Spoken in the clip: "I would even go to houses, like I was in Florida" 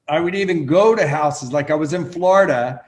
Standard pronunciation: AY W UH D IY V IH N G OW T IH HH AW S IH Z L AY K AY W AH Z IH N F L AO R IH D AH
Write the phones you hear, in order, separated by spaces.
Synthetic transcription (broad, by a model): AY W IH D IY V IH N G OW T IH HH AW S IH Z L AY K AY W AH Z IH N F L AO R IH D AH